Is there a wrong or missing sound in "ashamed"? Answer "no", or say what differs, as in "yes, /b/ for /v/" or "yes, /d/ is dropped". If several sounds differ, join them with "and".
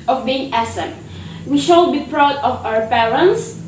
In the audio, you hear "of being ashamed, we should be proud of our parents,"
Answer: yes, /s/ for /ʃ/